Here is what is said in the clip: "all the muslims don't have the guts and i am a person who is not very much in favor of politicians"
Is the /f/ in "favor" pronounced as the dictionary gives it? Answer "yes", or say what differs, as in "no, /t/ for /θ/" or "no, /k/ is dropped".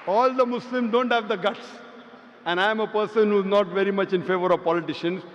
yes